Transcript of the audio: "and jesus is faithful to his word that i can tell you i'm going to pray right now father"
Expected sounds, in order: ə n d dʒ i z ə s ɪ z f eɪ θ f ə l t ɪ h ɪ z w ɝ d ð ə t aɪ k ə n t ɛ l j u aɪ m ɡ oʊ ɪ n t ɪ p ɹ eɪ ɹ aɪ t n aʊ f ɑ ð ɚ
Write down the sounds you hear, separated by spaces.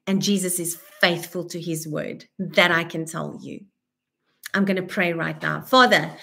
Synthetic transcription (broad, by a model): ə n dʒ i z ə s ɪ z f eɪ θ f ə l t ɪ ɪ z w ɝ d ð ə t aɪ k ə n t ɛ l j u aɪ m ɡ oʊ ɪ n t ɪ p ɹ eɪ ɹ aɪ t n aʊ f ɑ ð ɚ